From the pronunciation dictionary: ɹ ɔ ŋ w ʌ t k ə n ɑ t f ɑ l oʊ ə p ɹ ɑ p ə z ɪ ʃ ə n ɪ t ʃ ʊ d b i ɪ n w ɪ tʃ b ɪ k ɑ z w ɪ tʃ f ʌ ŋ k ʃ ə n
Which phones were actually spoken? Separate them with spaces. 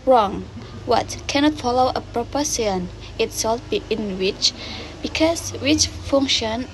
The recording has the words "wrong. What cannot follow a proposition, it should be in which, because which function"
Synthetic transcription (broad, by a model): ɹ ɔ ŋ w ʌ t k ə n ɑ t f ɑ l oʊ ə p ɹ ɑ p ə s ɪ ə n ɪ t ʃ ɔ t b i ɪ n w ɪ tʃ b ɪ k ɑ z w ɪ tʃ f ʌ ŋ k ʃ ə n